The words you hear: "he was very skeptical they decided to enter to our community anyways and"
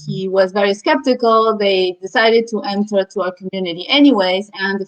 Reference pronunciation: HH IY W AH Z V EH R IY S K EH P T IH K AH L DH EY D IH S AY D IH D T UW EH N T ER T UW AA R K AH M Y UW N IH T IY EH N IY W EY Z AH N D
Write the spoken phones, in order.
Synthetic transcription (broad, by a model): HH IY W AH Z V EH R IY S K EH P T IH K AH L DH EY D IH S AY D IH D T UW EH N T ER T UW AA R K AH M Y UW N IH T IY EH N IY W EY Z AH N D